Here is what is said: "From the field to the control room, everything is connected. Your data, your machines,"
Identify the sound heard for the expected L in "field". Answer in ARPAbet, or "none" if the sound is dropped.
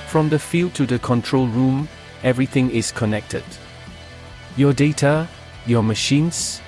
L